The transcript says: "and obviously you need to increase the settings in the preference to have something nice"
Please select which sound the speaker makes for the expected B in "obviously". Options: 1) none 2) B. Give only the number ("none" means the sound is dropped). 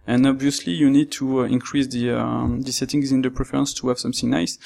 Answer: 2